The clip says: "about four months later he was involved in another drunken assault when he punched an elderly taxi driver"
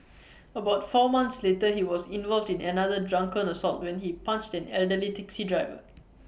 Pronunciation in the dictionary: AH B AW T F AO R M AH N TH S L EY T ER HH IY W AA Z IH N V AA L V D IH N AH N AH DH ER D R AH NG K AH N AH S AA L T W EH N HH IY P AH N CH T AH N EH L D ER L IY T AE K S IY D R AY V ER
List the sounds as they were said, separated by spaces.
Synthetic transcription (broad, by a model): AH B AW T F AO M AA N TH S L EY T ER HH IY W AA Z IH N V AA L V D IH N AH N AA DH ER D R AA NG K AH N AH S AA L T W EH N HH IY P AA N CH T AH N EH L D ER L IY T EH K S IY D R AY V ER